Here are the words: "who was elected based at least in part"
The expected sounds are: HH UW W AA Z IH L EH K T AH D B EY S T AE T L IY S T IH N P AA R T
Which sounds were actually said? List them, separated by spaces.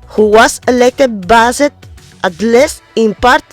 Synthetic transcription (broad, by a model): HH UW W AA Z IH L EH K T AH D B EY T T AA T L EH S IH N P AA R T